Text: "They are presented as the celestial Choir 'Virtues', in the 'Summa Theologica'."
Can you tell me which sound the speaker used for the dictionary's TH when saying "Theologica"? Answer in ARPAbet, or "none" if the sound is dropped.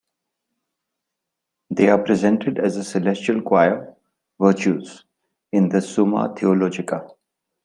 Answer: T